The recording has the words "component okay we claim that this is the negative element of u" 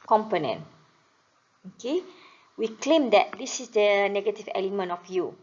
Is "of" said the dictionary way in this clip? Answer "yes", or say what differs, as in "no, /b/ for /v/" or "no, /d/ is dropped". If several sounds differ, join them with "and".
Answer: no, /f/ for /v/